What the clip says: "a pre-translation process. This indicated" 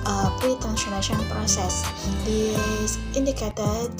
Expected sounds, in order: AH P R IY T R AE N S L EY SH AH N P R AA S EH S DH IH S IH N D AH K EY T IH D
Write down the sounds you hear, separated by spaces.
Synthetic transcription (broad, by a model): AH P R IY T AE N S N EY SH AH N P R AA S EH S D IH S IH N D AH K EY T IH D